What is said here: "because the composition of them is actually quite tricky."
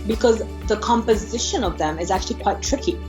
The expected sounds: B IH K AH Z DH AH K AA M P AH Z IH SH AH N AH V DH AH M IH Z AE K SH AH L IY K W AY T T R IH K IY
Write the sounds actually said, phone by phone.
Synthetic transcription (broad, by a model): B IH K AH Z DH AH K AA M P AH Z IH SH AH N AH V DH AH M IH Z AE K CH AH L IY K W AY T T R IH K IY